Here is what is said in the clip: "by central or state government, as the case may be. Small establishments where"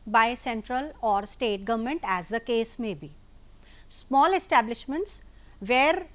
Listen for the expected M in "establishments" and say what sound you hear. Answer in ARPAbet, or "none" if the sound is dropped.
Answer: M